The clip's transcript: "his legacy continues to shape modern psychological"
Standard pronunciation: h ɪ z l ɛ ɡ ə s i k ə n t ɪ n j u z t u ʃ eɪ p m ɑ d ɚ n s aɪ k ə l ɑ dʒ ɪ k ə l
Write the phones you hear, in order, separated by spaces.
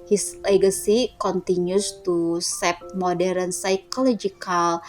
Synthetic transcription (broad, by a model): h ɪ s l ɛ ɡ ə s i k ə n t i n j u s t u s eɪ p m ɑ d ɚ n s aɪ k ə l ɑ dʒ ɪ k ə l